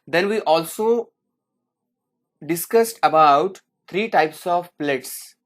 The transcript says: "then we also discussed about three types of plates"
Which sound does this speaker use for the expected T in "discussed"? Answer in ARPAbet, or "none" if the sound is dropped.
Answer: T